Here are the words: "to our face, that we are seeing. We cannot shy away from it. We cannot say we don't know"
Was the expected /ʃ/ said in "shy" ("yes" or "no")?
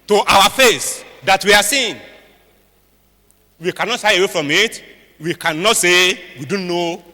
no